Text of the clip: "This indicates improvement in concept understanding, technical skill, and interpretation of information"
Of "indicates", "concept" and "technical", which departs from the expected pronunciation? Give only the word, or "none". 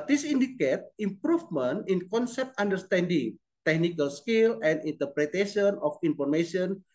indicates